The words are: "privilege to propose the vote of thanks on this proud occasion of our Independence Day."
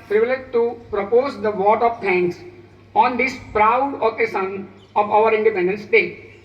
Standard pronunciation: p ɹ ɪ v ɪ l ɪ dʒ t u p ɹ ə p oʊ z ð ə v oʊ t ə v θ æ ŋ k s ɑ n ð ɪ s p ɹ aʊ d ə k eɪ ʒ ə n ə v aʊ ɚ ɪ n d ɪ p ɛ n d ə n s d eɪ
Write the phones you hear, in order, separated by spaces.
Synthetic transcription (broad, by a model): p ɹ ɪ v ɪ l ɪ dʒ t u p ɹ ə p oʊ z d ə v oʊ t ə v t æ ŋ k s ɑ n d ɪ s p ɹ aʊ d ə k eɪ ʃ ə n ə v aʊ ɚ ɪ n d ɪ p ɛ n d ə n s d eɪ